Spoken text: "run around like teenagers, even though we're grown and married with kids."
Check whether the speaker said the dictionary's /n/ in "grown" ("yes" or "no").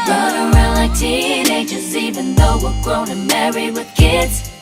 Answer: no